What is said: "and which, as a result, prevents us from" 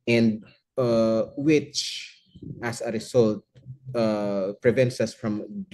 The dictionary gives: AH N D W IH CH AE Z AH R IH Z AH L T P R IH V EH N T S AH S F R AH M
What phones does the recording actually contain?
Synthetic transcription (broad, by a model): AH N D W IH CH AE S AH R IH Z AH L T P R IH V EH N T S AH S F R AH M